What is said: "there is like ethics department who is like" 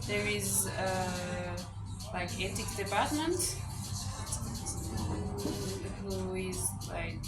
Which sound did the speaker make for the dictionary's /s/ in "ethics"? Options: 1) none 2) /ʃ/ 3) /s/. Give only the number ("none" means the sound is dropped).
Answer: 1